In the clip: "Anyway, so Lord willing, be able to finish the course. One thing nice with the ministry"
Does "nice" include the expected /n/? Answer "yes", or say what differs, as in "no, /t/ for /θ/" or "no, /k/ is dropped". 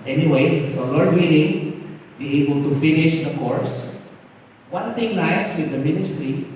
no, /l/ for /n/